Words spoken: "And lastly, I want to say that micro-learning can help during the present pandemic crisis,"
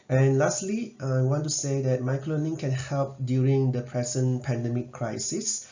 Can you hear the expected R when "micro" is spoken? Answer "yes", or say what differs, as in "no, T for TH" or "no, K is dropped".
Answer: no, L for R